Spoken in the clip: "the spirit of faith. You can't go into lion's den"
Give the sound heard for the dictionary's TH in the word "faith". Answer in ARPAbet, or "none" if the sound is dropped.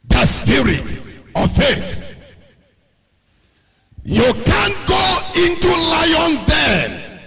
S